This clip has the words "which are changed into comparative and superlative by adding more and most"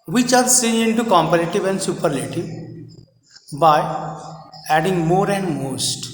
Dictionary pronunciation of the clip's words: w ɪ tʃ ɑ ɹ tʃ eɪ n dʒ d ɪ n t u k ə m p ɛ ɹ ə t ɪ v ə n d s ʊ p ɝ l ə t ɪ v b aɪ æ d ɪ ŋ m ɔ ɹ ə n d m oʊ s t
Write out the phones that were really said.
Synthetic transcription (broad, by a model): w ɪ tʃ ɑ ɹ s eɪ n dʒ ɪ n t u k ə m p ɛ ɹ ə t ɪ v ə n d s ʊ p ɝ l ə t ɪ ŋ b aɪ æ d ɪ ŋ m ɔ ɹ ə n d m oʊ s t